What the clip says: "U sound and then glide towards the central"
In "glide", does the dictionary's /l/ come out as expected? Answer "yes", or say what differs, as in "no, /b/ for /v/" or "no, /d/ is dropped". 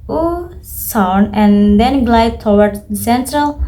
yes